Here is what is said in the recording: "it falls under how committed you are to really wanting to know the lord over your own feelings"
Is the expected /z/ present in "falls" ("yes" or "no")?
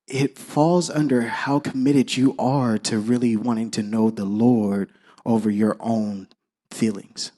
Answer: yes